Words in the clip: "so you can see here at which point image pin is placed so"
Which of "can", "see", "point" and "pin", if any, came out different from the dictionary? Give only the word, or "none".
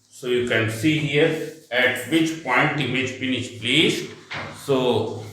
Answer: pin